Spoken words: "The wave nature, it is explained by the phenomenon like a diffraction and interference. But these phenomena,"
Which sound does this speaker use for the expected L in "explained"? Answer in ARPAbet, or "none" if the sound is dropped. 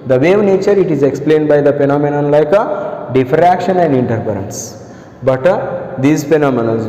L